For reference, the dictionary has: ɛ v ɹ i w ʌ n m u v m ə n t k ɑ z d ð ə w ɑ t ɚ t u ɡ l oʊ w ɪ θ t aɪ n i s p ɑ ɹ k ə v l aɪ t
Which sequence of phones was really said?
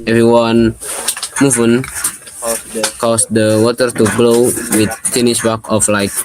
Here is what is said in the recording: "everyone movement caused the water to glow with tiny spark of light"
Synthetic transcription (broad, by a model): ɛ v ɹ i w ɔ n m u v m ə n k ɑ s d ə w ɑ t ɚ t u ɡ l oʊ w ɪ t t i n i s b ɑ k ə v l aɪ t